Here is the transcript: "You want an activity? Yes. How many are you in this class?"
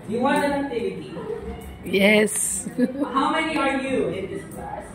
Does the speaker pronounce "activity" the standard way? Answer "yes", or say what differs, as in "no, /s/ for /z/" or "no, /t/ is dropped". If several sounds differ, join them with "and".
no, /k/ is dropped